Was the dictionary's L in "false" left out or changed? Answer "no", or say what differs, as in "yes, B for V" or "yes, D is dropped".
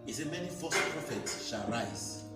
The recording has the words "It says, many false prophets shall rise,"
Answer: yes, L is dropped